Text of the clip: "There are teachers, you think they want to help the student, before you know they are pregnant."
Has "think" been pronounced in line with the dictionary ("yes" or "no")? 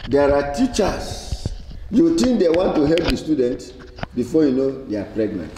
no